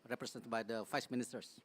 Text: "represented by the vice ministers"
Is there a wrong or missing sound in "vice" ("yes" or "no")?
yes